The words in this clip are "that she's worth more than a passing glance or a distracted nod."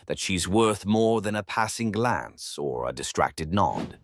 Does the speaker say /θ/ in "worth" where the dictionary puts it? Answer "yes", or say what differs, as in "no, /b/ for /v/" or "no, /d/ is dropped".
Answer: yes